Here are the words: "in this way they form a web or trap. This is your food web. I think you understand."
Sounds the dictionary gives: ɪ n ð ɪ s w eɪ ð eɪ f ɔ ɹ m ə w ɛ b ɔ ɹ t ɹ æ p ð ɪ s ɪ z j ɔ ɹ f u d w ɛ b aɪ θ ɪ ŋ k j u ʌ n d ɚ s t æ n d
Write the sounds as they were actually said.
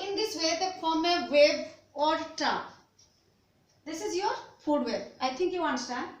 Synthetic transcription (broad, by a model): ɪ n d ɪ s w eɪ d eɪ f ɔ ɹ m ə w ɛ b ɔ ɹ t ɑ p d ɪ s ɪ z j ɔ ɹ f u d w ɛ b aɪ t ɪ ŋ k j u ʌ n d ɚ s t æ n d